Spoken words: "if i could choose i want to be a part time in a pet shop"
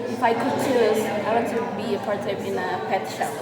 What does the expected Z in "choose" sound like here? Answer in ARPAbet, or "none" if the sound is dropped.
none